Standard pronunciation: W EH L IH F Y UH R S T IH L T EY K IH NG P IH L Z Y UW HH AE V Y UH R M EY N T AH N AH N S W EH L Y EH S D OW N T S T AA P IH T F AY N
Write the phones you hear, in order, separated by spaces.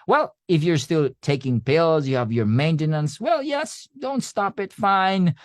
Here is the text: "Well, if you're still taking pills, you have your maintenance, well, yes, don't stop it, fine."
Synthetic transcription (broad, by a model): W EH L IH F Y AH R S T IH L T EY K IH NG P IH L Z Y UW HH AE V Y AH R M EY N T AH N AH N S W EH L Y EH S D OW N T S T AA P IH T F AY N